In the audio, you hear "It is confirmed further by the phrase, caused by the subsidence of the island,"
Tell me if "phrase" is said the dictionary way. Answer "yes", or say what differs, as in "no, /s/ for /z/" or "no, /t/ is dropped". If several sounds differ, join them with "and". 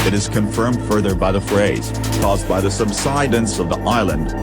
yes